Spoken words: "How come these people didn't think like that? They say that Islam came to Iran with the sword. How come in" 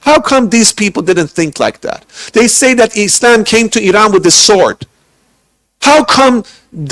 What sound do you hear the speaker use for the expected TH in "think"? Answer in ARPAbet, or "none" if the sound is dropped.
TH